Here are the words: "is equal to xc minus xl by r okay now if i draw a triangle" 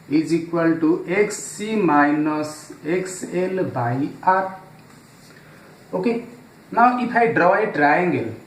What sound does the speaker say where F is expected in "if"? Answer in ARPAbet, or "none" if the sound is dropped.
P